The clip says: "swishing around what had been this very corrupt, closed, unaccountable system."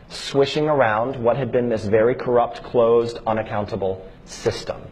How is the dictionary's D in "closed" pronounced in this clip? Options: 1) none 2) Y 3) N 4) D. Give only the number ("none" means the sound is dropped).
4